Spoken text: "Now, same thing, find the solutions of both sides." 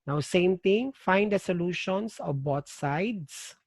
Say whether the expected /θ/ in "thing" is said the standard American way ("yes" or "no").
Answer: no